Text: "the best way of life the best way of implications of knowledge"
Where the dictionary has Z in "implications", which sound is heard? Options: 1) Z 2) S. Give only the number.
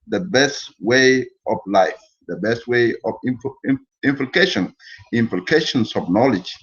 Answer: 2